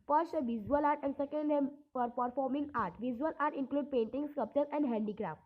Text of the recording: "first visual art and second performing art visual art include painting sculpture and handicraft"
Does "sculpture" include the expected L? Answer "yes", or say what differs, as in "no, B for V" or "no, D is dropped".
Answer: no, L is dropped